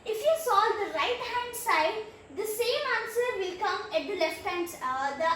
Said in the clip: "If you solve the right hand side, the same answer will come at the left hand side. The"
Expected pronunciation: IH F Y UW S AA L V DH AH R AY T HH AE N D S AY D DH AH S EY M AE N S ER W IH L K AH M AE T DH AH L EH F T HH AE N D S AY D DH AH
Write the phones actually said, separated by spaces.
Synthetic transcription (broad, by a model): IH F Y UW S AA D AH R AY T HH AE N D S AY D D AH S EY M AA N S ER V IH L K AH M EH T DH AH L EH F T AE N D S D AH